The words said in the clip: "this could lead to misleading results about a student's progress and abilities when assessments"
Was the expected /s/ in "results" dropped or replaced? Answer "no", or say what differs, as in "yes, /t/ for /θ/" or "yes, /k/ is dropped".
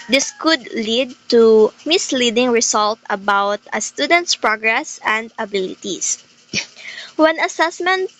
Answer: yes, /s/ is dropped